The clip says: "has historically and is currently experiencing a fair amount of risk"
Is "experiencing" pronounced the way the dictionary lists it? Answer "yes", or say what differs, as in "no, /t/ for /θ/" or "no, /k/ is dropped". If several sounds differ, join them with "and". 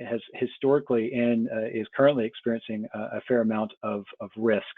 yes